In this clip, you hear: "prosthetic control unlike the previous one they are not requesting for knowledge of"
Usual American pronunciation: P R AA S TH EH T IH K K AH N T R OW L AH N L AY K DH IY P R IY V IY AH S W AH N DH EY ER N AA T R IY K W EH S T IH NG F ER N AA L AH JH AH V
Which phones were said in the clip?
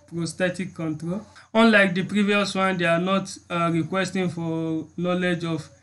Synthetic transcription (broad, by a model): P R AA S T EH T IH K K AH N T R OW L AH N L AY K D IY P R IY V IY AH S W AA N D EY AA N AA T R IY K W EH S T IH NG F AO N AA L AH JH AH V